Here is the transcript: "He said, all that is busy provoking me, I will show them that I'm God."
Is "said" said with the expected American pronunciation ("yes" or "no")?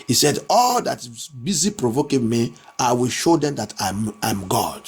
yes